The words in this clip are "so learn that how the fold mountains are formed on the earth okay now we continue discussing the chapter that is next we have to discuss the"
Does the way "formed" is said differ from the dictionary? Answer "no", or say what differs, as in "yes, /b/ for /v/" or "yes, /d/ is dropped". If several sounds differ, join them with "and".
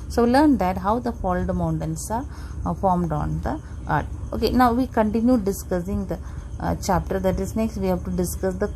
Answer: no